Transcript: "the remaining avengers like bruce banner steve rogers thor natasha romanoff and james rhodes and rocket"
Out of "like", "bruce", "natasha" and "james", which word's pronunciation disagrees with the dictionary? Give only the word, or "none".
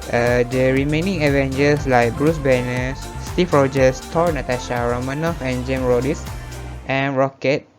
james